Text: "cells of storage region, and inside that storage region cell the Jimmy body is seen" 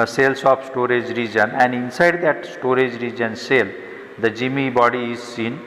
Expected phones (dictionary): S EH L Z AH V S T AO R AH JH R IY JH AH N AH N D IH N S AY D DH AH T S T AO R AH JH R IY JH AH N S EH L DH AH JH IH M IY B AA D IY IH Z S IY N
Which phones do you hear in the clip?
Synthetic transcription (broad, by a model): S EH L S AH P S T AO R AH JH R IY JH AH N AH N D IH N S AY D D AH T S T AO R AH JH R IY JH AH N S EH L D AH JH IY M IY B AA D IY IH Z S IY N